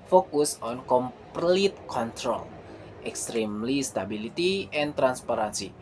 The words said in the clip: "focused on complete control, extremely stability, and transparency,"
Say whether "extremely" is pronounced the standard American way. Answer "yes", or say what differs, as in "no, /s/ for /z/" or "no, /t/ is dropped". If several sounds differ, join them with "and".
yes